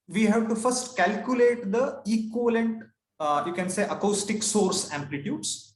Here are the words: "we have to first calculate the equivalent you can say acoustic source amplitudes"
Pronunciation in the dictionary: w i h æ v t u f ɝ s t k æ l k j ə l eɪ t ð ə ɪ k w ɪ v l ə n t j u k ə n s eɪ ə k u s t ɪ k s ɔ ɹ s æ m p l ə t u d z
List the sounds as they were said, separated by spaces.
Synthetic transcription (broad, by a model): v i h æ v t u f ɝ s t k æ l k j ə l eɪ t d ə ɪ k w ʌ l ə n t j u k ə n s eɪ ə k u s t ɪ k s ɔ ɹ s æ m p l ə t u d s